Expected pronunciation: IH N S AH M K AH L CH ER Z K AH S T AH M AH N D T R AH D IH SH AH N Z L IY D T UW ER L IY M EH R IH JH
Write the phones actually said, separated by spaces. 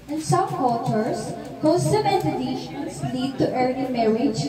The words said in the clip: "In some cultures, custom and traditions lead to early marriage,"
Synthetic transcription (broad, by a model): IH N S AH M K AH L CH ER S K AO S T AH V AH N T AH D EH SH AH N S L IY D T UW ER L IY M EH R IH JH